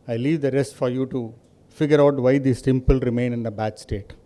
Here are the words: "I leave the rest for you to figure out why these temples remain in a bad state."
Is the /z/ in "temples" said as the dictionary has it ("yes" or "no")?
no